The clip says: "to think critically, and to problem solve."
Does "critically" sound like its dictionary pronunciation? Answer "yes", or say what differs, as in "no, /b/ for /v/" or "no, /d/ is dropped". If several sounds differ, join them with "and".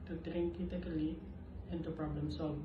no, /ɹ/ is dropped